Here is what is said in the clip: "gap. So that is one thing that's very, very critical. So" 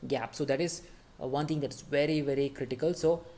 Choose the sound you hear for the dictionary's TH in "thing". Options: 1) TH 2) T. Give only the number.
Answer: 2